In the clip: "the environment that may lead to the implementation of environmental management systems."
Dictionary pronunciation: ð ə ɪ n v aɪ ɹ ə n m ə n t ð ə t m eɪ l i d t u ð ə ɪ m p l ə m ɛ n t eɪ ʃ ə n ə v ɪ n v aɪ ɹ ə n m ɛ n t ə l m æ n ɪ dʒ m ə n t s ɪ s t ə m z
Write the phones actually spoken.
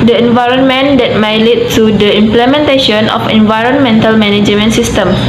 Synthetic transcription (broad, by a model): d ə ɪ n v aɪ ɹ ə n m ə n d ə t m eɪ l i t u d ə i m p l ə m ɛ n t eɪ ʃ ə n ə f ɪ n v aɪ ɹ ə n m ɛ n t ə l m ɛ n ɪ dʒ m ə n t s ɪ s t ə m